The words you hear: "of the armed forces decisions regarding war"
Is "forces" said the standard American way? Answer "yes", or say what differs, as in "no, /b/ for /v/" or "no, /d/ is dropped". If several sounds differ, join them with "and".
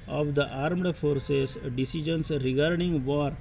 no, /s/ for /z/